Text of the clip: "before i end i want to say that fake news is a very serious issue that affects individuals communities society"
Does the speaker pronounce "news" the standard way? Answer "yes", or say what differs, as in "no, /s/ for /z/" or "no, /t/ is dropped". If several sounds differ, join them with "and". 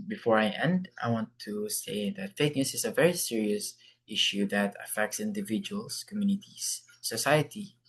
no, /s/ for /z/